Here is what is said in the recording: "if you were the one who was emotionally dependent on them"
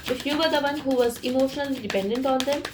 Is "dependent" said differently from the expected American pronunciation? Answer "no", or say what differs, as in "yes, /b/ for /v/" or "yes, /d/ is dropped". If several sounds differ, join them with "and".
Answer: no